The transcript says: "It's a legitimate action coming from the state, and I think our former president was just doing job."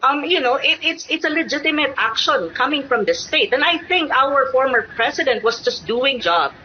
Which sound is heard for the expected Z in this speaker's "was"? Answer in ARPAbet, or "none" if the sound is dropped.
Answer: S